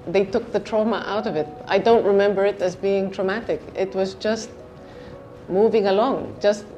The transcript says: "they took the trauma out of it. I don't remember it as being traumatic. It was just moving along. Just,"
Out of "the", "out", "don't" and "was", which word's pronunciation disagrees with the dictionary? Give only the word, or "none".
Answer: none